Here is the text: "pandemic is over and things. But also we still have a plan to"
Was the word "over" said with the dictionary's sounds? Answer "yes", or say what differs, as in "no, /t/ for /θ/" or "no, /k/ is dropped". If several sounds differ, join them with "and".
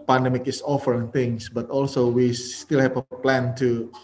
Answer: no, /f/ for /v/